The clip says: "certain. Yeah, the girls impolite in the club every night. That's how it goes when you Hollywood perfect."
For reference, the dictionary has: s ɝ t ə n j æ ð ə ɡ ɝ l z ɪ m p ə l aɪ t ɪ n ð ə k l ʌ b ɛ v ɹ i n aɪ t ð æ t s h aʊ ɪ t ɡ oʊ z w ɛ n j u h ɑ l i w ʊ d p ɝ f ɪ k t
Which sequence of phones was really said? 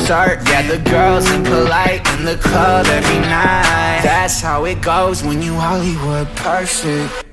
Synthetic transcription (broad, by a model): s t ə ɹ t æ ð ə ɡ ɝ l z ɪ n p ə l aɪ t ɪ n ð ə k ʌ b ɛ v ɹ i n aɪ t ð æ t s h aʊ ɪ t ɡ oʊ z w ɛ n j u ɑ l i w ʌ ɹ p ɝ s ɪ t